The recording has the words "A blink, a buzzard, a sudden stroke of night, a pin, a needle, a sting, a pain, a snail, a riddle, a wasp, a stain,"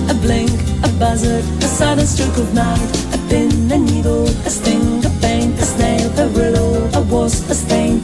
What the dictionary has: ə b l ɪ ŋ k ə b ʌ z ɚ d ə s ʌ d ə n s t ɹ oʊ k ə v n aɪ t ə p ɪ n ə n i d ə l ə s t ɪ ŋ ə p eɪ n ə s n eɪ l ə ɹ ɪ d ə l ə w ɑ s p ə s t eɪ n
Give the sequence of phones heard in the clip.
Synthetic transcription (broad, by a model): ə b l ɪ ŋ k ə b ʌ z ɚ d ə s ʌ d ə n s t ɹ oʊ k ə v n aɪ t ə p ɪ n ə n i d l ə s t ɪ ŋ ə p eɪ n ə s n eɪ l ə ɹ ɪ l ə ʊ ə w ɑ s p ə s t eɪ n